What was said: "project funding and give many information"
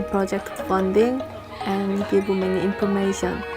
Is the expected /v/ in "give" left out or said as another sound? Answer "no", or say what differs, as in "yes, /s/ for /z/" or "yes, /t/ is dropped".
yes, /b/ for /v/